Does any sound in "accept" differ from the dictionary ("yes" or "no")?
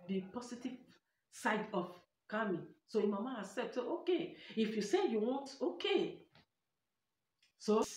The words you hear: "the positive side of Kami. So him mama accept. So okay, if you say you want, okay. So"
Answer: yes